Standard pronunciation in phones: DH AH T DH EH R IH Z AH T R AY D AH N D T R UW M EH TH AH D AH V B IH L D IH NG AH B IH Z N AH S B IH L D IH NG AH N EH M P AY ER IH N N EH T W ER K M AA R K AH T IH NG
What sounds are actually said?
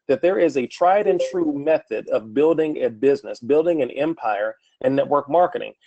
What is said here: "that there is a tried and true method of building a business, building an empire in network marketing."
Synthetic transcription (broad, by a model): DH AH T DH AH R IH Z AH T R AY D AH N T R UW M EH TH AH D AH V B IH L D IH NG AH B IH Z N AH S B IH L D IH NG AH N EH M P AY ER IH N N EH T W ER K M AA R K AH T IH NG